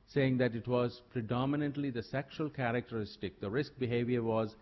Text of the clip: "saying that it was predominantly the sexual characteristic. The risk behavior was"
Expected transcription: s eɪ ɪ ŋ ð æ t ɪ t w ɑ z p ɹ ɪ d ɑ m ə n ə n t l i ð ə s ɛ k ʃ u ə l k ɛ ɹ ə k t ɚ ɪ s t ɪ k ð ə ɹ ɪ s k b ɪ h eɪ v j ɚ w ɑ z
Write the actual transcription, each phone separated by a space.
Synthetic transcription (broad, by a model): s eɪ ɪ ŋ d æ t ɪ t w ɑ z p ɹ ɪ d ɑ m ə n ə n t l i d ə s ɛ k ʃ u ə l k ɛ ɹ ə k t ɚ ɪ s t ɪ k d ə ɹ ɪ s k b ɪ h eɪ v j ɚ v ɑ z